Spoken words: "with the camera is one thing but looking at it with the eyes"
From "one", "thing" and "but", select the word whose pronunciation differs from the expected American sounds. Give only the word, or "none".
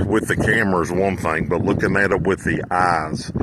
none